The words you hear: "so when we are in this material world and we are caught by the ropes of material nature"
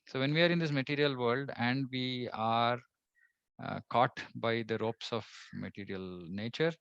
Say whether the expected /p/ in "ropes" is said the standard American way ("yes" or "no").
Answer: yes